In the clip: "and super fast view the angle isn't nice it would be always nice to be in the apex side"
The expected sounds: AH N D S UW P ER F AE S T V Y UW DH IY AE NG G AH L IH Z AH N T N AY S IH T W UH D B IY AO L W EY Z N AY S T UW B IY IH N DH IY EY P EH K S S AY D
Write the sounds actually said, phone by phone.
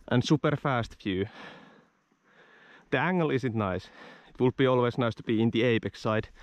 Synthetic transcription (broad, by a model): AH N S UW P ER F AE S T F Y UW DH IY AE NG G AH L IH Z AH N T N AY S IH T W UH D B IY AO L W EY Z N AY S T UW B IY IH N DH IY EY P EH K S S AY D